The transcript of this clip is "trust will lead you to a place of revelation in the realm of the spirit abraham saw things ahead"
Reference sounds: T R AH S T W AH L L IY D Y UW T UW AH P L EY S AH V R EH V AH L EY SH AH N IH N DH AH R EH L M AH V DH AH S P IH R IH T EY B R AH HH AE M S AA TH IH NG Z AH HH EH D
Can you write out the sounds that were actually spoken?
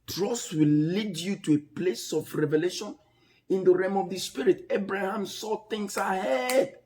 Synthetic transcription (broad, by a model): T R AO S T W AH L L IY D Y UW T UW AH P L EY S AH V R EH V AH L EY SH AH N IH N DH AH R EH M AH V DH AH S P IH R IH T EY B R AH HH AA M S AA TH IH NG S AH HH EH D